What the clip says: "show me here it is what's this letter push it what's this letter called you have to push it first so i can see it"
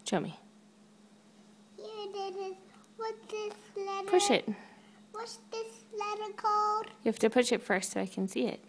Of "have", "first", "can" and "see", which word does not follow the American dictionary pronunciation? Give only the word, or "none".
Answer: have